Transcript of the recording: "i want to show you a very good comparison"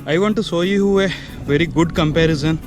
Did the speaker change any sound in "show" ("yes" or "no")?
yes